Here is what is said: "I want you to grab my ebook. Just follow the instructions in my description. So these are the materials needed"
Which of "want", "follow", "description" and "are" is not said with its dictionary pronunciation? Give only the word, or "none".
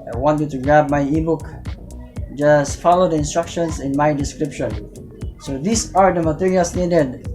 none